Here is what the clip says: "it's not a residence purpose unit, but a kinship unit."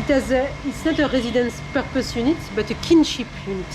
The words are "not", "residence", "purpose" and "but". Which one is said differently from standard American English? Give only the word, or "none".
none